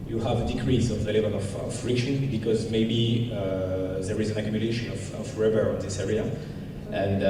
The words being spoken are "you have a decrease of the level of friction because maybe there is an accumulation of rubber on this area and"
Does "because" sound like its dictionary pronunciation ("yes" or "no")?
yes